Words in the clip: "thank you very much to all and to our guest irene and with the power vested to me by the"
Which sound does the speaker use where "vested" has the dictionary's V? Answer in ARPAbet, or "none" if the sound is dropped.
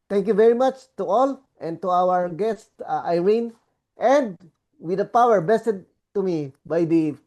B